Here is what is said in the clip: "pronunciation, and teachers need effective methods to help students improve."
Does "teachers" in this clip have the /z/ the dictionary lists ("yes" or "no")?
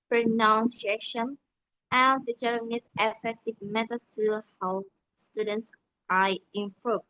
no